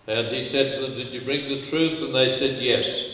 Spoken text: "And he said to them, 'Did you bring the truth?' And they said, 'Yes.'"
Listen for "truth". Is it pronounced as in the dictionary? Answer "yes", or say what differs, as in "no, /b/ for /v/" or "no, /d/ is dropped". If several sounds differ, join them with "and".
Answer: yes